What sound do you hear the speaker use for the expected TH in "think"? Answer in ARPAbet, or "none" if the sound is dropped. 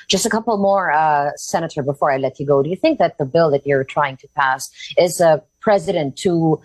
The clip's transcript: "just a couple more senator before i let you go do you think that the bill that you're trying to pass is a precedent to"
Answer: TH